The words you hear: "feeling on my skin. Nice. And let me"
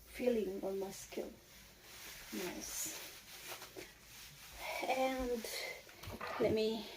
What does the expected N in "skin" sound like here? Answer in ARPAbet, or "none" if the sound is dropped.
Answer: L